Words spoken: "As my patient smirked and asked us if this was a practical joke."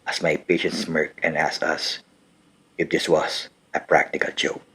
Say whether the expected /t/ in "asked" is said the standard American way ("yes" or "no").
no